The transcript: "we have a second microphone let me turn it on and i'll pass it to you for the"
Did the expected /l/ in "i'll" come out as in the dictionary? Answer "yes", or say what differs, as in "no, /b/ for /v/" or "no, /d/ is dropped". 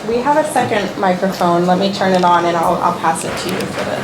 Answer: yes